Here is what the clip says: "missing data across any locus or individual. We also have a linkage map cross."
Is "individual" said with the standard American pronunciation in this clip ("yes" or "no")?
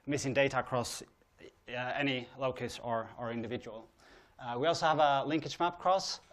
yes